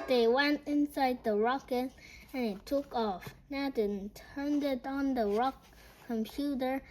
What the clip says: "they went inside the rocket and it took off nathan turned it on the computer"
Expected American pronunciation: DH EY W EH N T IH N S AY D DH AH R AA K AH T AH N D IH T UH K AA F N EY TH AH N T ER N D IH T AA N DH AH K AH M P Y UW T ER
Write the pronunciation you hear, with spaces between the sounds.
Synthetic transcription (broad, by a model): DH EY W EH N T IH N S AY D DH AH R AA K AH T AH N IH T UH K AA F N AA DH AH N T ER N D IH T N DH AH K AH M P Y UW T ER